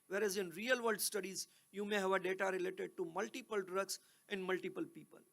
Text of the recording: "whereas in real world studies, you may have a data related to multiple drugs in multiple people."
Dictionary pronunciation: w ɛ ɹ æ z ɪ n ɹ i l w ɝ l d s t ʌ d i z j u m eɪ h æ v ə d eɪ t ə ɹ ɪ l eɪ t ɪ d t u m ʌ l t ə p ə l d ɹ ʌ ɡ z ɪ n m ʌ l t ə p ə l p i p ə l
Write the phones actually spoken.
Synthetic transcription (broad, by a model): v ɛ ɹ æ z ɪ n ɹ i l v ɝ d s t ʌ d i z j u m eɪ h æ v ə d eɪ t ə ɹ ɪ l eɪ t ɪ d t u m ʌ l t ə p ə l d ɹ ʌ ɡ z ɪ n m ʌ l t ə p ə l p i p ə l